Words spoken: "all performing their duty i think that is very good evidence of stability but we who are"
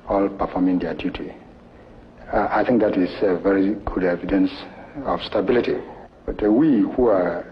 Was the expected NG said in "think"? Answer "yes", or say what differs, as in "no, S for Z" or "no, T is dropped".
yes